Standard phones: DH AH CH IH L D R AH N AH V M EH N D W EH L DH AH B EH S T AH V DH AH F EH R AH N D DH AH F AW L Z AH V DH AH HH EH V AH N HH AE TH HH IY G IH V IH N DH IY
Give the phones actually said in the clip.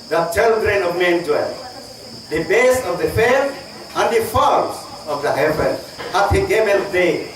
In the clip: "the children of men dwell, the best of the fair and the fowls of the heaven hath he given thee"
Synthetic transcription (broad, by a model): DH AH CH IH L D R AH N AH V M EH N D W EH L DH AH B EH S AH V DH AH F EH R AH N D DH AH F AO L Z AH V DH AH HH EH V AH N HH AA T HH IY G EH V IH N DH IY